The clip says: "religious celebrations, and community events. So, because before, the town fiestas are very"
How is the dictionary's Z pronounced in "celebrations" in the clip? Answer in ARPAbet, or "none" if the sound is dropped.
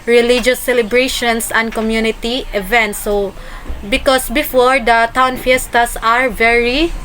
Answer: S